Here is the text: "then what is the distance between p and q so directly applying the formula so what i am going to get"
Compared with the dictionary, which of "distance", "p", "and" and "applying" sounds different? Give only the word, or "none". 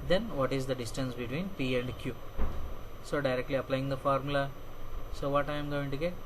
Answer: none